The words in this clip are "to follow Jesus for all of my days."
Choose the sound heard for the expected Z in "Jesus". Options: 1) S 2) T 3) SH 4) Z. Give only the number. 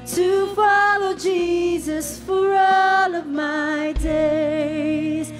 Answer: 4